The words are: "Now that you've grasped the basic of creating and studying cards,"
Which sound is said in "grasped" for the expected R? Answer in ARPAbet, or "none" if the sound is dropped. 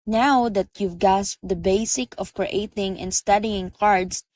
none